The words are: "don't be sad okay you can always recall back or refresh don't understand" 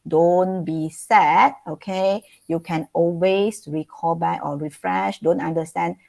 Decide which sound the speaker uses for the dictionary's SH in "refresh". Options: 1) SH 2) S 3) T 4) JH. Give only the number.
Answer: 1